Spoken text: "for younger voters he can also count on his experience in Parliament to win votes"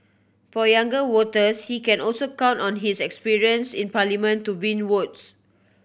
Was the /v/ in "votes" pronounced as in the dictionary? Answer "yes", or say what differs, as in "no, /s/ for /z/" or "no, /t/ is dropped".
no, /w/ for /v/